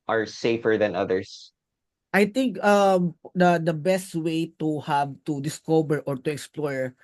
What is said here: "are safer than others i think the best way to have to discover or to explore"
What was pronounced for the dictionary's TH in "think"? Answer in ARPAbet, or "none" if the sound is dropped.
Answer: T